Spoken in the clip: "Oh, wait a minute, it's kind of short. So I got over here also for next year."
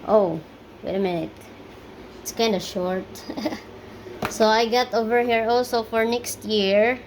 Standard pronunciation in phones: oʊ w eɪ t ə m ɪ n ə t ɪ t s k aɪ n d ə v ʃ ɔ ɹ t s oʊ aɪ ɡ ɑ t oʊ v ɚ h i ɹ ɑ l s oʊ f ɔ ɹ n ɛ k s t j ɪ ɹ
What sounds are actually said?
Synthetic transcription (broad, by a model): oʊ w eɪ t ə m ɪ n ə t ɪ t s k aɪ n d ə ʃ ɔ ɹ t s oʊ aɪ ɡ ɑ t oʊ v ɚ h i ɹ ɑ l s oʊ f ɔ ɹ n ɛ k s t j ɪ ɹ